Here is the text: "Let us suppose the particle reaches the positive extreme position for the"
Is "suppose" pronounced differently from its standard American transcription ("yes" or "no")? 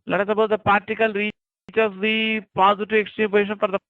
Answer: yes